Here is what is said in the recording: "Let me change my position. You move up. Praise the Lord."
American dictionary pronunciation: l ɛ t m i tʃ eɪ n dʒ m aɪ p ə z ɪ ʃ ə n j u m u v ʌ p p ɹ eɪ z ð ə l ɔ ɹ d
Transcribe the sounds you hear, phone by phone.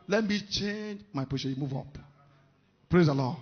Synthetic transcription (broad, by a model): l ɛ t m i tʃ eɪ n dʒ m aɪ p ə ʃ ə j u m u v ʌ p p ɹ eɪ z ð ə l ɔ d